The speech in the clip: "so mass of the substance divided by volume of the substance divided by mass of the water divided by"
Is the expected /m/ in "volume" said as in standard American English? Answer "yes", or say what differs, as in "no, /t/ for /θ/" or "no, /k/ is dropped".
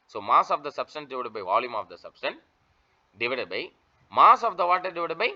yes